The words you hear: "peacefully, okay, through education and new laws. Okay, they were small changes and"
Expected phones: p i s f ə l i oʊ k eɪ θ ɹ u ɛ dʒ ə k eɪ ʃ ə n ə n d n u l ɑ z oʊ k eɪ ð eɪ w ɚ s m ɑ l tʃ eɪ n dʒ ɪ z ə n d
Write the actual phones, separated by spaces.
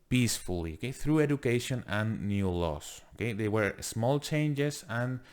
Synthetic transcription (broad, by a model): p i s f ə l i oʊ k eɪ θ ɹ u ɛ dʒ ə k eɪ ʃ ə n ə n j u l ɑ s oʊ k eɪ ð eɪ w ɚ s m ɑ l tʃ eɪ n dʒ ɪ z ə n